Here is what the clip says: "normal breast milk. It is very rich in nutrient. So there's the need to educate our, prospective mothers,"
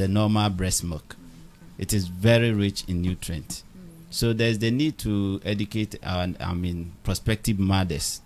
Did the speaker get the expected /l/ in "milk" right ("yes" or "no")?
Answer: no